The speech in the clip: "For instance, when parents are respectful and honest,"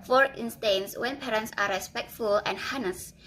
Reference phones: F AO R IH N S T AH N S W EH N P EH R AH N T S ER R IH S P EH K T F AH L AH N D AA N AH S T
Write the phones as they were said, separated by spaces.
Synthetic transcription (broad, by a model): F AO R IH N S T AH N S W EH N P EH R AH N T S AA R IH S P EH K T F AH L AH N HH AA N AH S